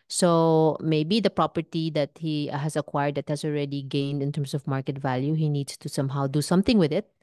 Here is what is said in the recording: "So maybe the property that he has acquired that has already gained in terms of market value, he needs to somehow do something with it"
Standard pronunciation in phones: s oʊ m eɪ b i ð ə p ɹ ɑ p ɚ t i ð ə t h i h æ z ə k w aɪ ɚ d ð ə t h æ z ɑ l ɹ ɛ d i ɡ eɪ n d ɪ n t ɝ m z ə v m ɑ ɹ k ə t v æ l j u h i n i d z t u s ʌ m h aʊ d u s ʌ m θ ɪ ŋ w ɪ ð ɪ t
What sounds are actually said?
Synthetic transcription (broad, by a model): s oʊ m eɪ b i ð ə p ɹ ɑ p ɚ t i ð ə t h i h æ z ə k w aɪ ɚ d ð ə t h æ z ɑ l ɹ ɛ d i ɡ eɪ n d ɪ n t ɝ m s ə v m ɑ ɹ k ə t v æ l j u h i n i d s t u s ʌ m h aʊ d u s ʌ m θ ɪ ŋ w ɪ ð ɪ t